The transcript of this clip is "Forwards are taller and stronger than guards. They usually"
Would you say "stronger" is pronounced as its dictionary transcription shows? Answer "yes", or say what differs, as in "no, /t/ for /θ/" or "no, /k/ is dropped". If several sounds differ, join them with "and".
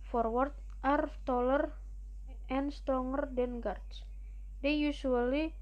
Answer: no, /ɹ/ is dropped